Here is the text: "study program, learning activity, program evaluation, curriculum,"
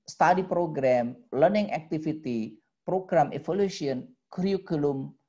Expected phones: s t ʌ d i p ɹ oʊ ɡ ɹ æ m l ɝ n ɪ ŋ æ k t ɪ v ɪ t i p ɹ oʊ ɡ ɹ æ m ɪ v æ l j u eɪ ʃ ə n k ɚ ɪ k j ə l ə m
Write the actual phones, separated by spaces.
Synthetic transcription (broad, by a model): s t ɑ d i p ɹ oʊ ɡ ɹ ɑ m l ɝ n ɪ ŋ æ k t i f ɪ t i p ɹ oʊ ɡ ɹ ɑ m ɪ f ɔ l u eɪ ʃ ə n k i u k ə l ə m